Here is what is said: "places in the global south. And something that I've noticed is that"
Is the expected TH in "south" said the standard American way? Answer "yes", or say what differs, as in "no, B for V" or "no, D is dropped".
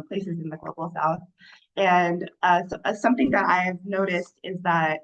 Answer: yes